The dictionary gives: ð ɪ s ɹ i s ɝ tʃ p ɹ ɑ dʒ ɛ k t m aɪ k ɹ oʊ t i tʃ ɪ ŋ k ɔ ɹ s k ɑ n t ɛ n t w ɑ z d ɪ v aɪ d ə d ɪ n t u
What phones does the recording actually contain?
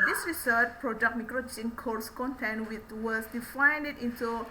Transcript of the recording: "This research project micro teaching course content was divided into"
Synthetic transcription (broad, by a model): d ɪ s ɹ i s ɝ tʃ p ɹ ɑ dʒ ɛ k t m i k ɹ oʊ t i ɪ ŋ k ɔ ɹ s k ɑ n t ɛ n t w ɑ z d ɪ f aɪ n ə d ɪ n t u